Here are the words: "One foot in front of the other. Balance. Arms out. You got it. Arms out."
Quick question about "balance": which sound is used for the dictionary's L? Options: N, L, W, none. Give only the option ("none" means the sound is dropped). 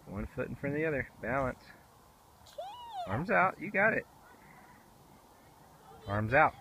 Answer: L